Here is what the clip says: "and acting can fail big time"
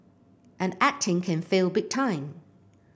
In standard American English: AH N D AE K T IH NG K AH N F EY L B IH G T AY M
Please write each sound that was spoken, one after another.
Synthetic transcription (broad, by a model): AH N AE K T IH NG K AH N F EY L B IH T T AY M